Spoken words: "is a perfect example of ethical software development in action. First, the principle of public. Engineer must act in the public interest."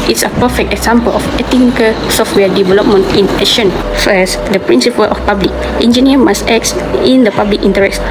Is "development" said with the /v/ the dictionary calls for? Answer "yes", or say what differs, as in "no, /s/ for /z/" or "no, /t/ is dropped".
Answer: yes